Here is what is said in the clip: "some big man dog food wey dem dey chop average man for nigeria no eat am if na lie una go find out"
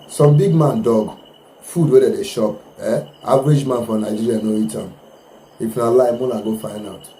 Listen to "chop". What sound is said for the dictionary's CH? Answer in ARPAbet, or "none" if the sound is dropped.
SH